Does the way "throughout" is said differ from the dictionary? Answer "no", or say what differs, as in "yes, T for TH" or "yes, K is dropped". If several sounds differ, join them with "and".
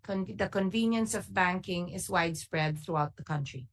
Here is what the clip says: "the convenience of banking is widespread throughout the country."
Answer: no